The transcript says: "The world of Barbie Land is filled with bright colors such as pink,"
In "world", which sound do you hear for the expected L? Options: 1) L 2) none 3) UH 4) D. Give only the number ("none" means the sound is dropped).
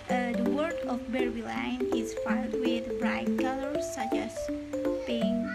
2